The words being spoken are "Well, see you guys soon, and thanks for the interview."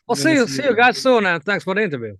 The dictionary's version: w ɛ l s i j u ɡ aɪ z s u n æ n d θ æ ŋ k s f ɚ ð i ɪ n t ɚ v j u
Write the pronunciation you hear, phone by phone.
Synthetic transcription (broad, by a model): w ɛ l s i j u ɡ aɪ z s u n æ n θ æ ŋ k s f ɚ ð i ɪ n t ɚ v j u